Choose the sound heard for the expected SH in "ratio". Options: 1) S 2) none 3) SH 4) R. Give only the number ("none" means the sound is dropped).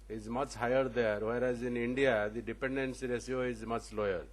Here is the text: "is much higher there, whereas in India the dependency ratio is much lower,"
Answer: 1